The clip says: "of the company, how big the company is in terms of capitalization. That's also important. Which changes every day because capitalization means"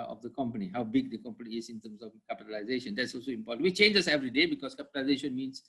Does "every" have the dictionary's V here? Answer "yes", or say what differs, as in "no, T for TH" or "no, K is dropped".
yes